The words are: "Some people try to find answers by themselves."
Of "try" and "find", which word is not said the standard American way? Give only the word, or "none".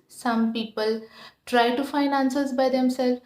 find